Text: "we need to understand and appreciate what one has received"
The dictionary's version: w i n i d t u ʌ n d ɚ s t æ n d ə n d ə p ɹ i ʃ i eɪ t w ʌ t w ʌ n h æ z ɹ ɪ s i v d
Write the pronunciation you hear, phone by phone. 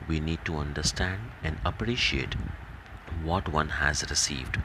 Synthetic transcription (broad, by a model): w i n i d t u ʌ n d ɚ s t æ n d ə n d ə p ɹ i ʃ i eɪ t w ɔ t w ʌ n h æ z ɹ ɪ s i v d